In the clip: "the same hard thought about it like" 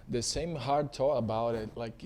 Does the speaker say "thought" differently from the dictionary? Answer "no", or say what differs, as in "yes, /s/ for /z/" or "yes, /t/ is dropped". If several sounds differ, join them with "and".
yes, /t/ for /θ/ and /t/ is dropped